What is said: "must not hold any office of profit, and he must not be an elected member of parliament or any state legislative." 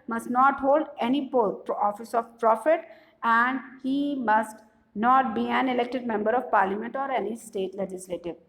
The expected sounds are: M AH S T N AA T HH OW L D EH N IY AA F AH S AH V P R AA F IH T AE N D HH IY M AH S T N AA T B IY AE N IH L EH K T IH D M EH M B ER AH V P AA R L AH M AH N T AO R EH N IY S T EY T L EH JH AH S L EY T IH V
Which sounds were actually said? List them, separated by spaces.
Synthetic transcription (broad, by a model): M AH S T N AA T HH OW L D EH N IY AA F AH S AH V P R AA F IH T AE N D HH IY M AH S T N AA T B IY AE N IH L EH K T IH D M EH M B ER AH V P AA R L AH M AH N T AO R EH N IY S T EY T L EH JH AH S L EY T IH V